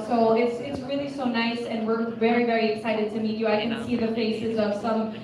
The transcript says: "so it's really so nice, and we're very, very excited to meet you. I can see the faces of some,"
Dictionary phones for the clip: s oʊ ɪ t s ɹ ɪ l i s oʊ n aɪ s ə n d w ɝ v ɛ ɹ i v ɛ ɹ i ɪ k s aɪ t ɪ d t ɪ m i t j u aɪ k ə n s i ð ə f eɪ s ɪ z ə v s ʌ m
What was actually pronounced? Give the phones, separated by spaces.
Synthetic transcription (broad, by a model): s oʊ ɪ t s ɹ ɪ l i s oʊ n aɪ s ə n w ɝ v ɛ ɹ i v ɛ ɹ i ɪ k s aɪ t ɪ d t ɪ m i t j u aɪ k ə n s i ð ə f eɪ s ɪ z ə v s ʌ m